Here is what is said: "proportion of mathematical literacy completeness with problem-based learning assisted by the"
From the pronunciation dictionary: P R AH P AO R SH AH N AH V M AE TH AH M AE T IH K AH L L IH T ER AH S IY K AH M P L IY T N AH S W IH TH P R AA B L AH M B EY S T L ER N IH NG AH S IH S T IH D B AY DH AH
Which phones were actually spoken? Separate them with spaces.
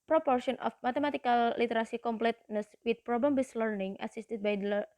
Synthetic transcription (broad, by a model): P R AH P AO R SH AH N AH F M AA T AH M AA T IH K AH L L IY T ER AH S IY K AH M P L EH T N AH S W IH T P R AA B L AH M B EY S L ER N IH NG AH S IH S T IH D B AY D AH